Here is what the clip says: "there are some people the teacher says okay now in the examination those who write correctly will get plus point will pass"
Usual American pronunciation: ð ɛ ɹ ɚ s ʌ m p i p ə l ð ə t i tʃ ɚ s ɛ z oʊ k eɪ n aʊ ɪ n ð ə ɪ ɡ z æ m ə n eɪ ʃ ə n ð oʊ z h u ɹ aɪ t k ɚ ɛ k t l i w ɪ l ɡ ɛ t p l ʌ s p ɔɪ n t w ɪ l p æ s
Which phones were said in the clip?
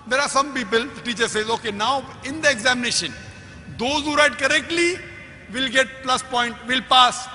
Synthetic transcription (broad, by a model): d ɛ ɹ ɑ s ʌ m p i p ə l t i tʃ ɚ s ɛ z oʊ k eɪ n aʊ ɪ n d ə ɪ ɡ z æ m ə n eɪ ʃ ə n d oʊ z h u ɹ aɪ t k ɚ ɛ k t l i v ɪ l ɡ ɛ t p l ʌ s p ɔɪ n t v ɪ l p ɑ s